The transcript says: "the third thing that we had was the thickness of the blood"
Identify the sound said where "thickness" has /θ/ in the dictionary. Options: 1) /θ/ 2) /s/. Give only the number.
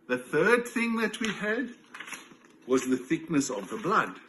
1